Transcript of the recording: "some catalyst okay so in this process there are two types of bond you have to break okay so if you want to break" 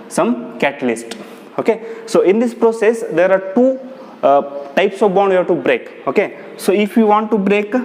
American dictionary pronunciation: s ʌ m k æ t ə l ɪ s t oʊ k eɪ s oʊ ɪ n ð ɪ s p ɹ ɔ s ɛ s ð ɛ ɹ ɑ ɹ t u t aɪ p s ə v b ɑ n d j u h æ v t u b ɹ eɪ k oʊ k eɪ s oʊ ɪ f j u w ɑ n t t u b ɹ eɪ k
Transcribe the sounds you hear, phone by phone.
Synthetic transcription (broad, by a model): s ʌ m k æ t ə l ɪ s t oʊ k eɪ s oʊ ɪ n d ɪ s p ɹ ɔ s ɛ s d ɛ ɹ ɑ ɹ t u t aɪ p s ə v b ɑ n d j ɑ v t u b ɹ eɪ k oʊ k eɪ s oʊ ɪ f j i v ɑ n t t u b ɹ eɪ k